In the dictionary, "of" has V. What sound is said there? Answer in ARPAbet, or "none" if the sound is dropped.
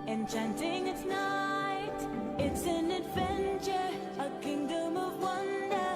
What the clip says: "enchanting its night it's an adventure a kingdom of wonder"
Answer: V